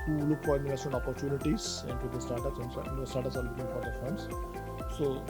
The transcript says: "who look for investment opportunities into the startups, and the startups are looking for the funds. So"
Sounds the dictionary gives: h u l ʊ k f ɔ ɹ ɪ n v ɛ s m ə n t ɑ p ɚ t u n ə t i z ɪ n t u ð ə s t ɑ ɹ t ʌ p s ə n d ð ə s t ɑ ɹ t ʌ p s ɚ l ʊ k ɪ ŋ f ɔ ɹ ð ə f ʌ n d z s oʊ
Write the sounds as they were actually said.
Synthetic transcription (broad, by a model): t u l ʊ k f ɔ ɹ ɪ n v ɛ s ə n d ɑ p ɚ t u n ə t i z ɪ n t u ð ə s t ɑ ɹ t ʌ s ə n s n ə s t ɑ ɹ t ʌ s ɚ l ʊ k ɪ ŋ f ɔ ɹ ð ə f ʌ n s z s oʊ